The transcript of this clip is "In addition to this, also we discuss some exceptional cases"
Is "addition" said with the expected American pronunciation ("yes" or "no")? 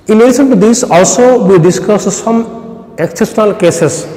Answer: no